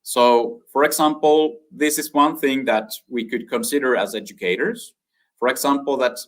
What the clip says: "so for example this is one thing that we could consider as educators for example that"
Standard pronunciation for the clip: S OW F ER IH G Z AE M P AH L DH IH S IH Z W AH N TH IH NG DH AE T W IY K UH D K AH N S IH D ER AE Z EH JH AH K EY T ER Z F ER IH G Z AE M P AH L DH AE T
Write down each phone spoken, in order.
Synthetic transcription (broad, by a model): S OW F ER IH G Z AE M P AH L DH IH S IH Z W AH N TH IH NG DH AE T W IY K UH D K AH N S IH D ER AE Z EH JH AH K EY T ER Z F ER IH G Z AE M P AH L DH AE T